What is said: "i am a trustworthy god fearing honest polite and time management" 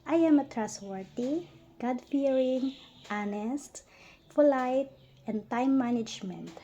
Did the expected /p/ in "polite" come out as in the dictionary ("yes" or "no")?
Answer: no